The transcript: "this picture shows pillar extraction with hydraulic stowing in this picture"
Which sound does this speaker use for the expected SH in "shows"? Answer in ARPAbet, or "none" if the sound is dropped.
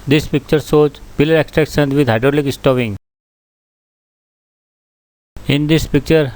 S